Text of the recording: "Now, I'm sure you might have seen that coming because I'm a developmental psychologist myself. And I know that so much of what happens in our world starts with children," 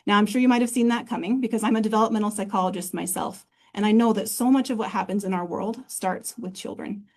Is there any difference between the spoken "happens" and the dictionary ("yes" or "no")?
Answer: no